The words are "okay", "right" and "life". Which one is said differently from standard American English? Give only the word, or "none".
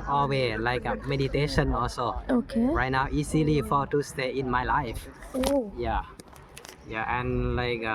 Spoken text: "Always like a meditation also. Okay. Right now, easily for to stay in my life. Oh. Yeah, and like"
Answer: none